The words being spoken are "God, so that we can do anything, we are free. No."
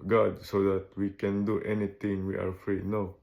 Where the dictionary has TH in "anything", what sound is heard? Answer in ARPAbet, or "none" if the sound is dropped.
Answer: T